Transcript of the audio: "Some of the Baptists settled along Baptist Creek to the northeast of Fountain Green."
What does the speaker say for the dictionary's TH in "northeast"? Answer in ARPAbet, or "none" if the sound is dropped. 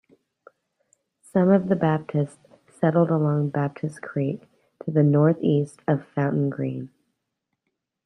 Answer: TH